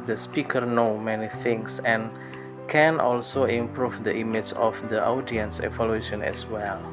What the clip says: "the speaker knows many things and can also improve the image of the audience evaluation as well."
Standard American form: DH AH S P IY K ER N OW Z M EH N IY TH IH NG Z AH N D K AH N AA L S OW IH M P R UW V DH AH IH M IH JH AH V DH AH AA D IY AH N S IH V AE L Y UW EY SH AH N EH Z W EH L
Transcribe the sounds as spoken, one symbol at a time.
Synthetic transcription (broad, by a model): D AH S P IY K ER N OW M EH N IY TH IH NG S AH N K AH N AA L S OW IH M P R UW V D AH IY M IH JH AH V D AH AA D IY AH N S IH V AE L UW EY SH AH N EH S W EH L